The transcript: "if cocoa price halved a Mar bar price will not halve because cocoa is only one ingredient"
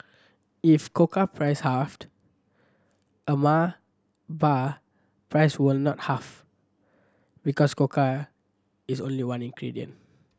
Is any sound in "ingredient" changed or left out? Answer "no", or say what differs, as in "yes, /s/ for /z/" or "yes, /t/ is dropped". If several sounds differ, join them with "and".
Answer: yes, /t/ is dropped